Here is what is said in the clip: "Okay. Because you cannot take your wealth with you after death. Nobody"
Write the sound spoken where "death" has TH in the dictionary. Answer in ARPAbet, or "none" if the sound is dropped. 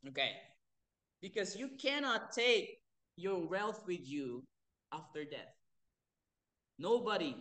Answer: TH